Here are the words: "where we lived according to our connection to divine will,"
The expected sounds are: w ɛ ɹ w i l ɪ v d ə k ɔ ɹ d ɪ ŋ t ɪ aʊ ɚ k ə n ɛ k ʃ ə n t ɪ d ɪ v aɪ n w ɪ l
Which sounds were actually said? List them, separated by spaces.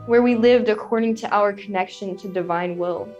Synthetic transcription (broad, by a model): w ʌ ɹ w i l ɪ v d ə k ɔ ɹ d ɪ ŋ t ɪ aʊ ɚ k ə n ɛ k ʃ ə n t ɪ d ɪ v aɪ n w ɪ l